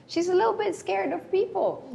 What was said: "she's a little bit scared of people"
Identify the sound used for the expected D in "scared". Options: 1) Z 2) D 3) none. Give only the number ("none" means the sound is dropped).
2